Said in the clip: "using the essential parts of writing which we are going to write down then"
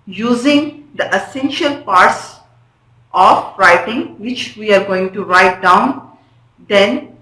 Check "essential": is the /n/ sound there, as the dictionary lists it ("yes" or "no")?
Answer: yes